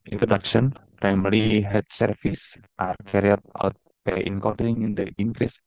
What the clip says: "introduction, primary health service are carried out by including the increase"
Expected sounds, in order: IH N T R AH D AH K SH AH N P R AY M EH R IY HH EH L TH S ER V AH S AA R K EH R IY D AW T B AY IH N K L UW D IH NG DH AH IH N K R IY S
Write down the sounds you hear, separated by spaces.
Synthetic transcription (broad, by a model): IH N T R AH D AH K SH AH N P R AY M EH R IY HH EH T S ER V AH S AA R K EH R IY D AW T B AY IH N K AO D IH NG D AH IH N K R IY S